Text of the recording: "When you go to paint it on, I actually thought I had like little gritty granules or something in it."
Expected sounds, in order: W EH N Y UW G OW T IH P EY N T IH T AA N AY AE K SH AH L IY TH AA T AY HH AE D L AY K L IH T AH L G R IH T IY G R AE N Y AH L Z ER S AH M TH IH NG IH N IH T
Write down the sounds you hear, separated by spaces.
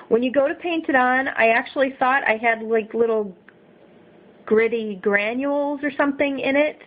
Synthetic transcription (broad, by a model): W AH N Y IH G OW T IH P EY N T IH T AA N AY AE K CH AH L IY TH AA T AY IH D L AY K L IH T L G R IH T IY G R AE N Y AH L Z ER S AH M TH IH NG IH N IH T